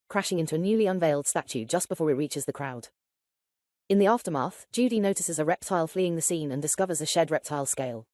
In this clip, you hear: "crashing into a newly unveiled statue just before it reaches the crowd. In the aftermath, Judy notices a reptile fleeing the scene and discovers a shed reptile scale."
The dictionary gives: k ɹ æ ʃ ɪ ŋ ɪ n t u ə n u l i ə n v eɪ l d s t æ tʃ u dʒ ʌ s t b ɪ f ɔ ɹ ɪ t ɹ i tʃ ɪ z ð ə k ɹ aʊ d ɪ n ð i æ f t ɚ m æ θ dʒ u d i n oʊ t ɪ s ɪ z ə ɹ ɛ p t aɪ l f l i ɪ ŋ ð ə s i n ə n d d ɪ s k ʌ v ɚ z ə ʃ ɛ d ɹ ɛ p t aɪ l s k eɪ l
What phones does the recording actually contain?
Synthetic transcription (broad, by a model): k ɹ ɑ ʃ ɪ ŋ ɪ n t u ə n u l i ə n v eɪ l d s t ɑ tʃ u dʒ ʌ s b ɪ f ɔ ɹ ɪ t ɹ i tʃ ɪ z ð ə k ɹ aʊ d ɪ n ð i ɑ f t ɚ m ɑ θ dʒ u d i n oʊ t ɪ s ɪ z ə ɹ ɛ p t aɪ l f l i ɪ ŋ ð ə s i n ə n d d ɪ s k ʌ v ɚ z ə ʃ ɛ d ɹ ɛ p t aɪ l s k eɪ l